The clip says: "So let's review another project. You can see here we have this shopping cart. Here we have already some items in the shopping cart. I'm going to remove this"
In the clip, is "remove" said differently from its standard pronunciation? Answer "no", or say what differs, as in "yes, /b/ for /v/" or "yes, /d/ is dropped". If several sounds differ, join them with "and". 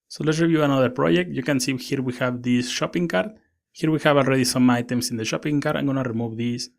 no